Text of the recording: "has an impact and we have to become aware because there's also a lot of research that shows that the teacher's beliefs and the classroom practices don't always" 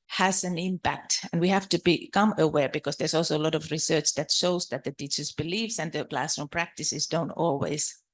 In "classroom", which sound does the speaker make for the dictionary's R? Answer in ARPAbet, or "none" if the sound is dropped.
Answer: none